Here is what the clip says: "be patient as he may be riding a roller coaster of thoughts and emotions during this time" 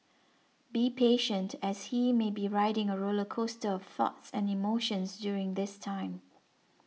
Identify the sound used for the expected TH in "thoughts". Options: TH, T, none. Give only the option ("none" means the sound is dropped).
TH